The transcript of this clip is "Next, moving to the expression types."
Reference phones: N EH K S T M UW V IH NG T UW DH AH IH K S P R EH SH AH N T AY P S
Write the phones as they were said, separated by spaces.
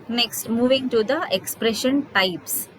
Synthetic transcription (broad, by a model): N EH K S T M UW V IH NG T UW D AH IH K S P R EH SH AH N T AY P S